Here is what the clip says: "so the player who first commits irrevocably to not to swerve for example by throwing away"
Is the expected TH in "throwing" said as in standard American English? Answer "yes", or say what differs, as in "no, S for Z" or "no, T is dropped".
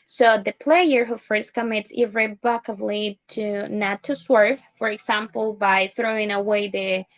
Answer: yes